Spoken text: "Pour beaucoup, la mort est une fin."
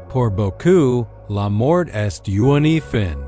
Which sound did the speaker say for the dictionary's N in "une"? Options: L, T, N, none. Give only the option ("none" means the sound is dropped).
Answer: N